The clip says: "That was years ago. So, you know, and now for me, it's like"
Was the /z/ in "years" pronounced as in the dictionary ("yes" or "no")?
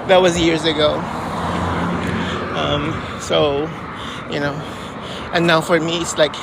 yes